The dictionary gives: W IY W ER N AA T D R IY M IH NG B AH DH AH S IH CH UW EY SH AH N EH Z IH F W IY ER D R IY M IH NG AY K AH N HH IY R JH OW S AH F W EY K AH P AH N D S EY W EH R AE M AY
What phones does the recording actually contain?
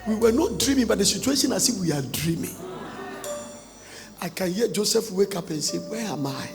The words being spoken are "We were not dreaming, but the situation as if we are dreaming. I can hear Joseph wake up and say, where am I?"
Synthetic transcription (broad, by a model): W IY W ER N AA T D R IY M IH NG B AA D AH S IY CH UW EY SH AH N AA S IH W IY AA D R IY M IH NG AY K AH N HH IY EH JH OW S AH F W EY K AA P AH N S EY W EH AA M AY